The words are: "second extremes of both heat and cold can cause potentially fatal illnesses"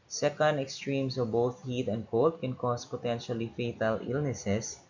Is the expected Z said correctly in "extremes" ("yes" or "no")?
no